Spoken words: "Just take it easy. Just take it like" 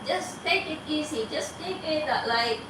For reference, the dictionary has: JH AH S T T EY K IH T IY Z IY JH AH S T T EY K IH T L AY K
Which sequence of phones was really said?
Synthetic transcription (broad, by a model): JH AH S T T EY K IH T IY S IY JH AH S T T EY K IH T L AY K